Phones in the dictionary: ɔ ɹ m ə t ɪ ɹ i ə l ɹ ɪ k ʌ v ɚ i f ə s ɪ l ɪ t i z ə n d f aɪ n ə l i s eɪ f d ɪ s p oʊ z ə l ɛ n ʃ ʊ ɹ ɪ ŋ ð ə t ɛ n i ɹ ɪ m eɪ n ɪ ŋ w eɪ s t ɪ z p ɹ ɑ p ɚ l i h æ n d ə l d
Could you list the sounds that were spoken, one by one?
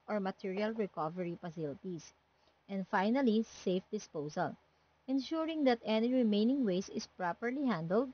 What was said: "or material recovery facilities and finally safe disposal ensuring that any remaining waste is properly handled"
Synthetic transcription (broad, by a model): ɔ ɹ m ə t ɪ ɹ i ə l ɹ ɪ k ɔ v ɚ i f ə s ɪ l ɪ t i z ə n d f aɪ n ə l i s eɪ f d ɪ s p oʊ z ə l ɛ n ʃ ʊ ɹ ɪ ŋ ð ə t ɛ n i ɹ ɪ m eɪ n ɪ ŋ w eɪ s ɪ s p ɹ ɑ p ɚ l i h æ n d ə l d